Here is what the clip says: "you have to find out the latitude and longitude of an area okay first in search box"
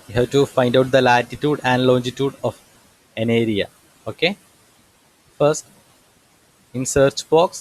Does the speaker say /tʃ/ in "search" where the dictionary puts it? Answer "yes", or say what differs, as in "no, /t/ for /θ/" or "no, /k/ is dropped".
yes